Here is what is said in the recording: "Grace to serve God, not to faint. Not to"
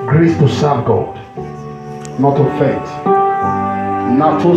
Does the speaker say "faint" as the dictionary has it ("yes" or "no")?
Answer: no